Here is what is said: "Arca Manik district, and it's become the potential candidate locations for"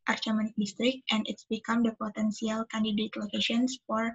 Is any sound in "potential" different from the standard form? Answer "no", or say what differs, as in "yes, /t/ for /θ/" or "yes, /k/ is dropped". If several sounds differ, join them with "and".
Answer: yes, /s/ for /ʃ/